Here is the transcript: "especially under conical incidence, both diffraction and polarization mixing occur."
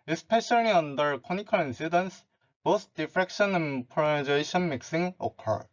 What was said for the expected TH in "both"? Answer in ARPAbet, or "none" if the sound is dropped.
S